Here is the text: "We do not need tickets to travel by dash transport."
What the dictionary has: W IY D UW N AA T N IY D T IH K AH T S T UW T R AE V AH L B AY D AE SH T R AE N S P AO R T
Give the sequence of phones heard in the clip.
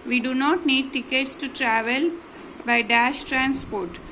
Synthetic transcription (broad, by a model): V IY D UW N AA T N IY D T IH K AH T S T UW T R AE V AH L B AY D AE SH T R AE N S P AO R T